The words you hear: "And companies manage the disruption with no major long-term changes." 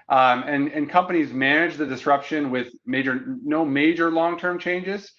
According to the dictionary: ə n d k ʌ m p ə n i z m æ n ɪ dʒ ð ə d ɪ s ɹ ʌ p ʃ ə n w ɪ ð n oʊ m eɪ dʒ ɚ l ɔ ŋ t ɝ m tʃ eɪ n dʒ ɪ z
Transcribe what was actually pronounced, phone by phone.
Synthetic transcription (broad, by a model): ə n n k ʌ m p ə n i z m æ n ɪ dʒ ð ə d ɪ s ɹ ʌ p ʃ ə n w ɪ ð n oʊ m eɪ dʒ ɚ l ɔ ŋ t ɝ m tʃ eɪ n dʒ ɪ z